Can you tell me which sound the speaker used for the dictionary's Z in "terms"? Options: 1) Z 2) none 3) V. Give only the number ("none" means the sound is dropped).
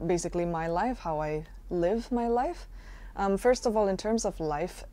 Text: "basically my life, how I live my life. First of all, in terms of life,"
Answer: 1